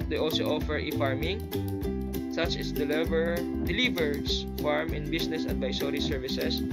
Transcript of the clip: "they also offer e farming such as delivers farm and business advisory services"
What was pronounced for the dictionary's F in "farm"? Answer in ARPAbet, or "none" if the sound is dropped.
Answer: F